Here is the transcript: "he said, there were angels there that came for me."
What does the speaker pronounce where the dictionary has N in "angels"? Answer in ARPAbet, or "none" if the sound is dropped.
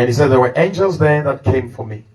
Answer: N